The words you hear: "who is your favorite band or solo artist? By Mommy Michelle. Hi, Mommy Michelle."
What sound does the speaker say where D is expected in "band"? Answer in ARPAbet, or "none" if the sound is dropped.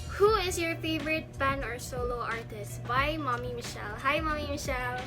none